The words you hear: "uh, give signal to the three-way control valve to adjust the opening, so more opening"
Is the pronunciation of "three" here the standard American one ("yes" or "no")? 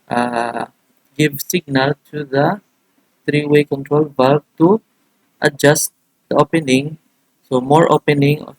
no